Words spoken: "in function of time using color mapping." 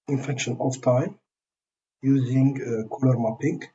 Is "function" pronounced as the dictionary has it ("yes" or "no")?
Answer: no